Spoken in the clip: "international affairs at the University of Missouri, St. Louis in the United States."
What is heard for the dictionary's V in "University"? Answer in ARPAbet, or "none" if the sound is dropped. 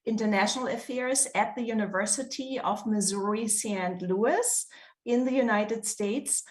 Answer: V